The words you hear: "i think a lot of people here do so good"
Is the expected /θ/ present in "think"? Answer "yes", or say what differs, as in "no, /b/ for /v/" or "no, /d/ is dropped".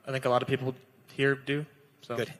yes